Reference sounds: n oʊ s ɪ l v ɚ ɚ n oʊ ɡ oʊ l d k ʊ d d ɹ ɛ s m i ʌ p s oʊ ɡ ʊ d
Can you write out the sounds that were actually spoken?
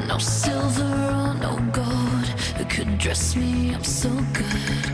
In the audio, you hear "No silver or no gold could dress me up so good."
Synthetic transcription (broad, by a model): n oʊ s ɪ l v ɚ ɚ n oʊ ɡ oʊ d k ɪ d d ɹ ɛ s m i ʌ s oʊ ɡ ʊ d